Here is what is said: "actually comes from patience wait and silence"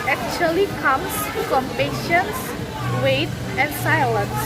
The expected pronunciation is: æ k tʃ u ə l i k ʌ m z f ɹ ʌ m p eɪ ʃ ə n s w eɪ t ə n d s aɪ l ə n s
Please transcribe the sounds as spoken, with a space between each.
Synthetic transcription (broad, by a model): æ k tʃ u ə l i k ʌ m s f ɹ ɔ m p eɪ ʃ ə n s w eɪ t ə n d s aɪ l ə n s